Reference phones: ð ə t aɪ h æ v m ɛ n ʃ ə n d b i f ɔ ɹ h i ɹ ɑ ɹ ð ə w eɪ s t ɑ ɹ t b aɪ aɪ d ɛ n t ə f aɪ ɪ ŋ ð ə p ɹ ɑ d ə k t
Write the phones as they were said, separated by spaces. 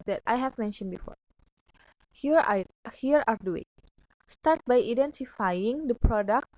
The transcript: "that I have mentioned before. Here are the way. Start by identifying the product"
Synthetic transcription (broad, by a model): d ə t aɪ h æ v m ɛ n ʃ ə n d b i f ɔ ɹ h i ɹ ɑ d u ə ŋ s t ɑ ɹ t b aɪ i d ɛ n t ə f aɪ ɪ ŋ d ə p ɹ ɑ d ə k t